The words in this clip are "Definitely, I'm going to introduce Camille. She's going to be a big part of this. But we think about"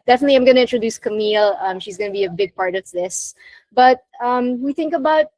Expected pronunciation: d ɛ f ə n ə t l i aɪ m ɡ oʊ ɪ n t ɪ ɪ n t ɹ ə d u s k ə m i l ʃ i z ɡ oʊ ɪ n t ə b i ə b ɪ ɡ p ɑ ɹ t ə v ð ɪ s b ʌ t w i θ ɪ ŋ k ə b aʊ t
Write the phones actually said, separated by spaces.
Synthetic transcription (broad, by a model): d ɛ f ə n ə t l i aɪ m ɡ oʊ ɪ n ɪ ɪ n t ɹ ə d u s k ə m i l ʃ i z ɡ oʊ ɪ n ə b i ə b ɪ ɡ p ɑ ɹ t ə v ð ɪ s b ʌ t w i θ ɪ ŋ k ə b aʊ t